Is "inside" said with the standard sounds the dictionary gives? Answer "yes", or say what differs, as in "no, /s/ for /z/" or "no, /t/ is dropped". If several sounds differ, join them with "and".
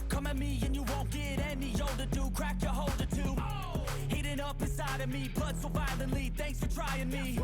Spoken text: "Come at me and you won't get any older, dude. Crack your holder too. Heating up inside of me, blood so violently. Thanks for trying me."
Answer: no, /n/ is dropped